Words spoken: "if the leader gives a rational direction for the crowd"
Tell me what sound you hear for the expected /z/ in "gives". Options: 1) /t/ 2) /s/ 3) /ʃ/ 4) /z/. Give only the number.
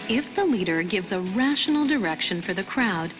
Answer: 4